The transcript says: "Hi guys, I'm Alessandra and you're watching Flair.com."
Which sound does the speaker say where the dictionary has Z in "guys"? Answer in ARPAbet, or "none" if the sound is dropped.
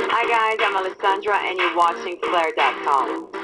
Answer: Z